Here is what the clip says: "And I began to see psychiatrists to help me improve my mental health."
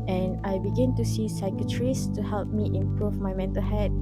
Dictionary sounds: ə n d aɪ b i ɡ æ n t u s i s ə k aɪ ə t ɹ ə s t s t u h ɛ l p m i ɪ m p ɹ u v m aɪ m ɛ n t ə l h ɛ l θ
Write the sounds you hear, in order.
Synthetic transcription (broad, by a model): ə n aɪ b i ɡ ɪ n t u s i s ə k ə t ɹ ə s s t u h ɛ l p m i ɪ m p ɹ u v m aɪ m ɛ n t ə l h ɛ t